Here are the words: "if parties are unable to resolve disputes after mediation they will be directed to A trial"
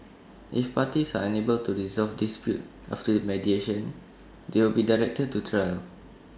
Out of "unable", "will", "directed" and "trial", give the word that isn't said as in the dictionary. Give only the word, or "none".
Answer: none